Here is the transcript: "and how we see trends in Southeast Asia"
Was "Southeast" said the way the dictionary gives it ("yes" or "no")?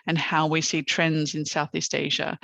yes